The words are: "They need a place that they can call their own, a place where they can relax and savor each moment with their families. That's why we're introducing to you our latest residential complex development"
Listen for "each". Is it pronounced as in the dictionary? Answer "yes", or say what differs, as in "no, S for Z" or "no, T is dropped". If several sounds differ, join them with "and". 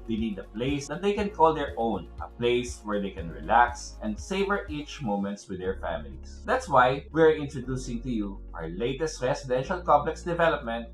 yes